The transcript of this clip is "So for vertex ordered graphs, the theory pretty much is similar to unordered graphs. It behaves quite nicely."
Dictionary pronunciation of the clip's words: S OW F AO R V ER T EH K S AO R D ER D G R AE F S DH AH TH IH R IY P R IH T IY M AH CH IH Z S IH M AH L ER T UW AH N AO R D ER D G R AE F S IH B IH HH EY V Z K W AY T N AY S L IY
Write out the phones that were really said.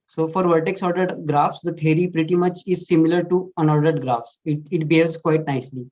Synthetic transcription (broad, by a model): S OW F AO R V ER T EH K S AO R D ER D G R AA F S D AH T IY R IY P R IH T IY M AH CH IH Z S IH M AH L ER T UW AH N AO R D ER D G R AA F S IH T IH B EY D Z K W AY T N AY S L IY